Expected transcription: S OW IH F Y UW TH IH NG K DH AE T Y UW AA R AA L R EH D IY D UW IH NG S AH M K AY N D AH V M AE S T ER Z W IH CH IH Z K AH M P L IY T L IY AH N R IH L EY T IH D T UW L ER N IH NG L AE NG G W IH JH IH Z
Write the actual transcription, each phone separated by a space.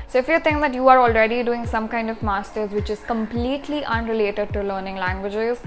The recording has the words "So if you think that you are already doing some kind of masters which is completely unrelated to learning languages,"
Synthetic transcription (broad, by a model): S OW IH F Y UW T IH NG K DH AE T Y UW AA R AA L R EH D IY D UW IH NG S AH M K AY N D AH V M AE S T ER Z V IH CH IH Z K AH M P L IY T L IY AH N R IH L EY T IH D T UW L ER N IH NG L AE NG G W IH JH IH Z